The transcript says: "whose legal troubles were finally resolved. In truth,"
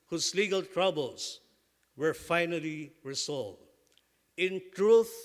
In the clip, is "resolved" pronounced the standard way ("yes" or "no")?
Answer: no